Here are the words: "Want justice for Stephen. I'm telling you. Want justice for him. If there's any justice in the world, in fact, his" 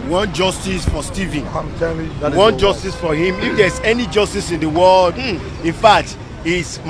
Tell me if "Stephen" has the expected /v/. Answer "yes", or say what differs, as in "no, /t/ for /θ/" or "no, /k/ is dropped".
yes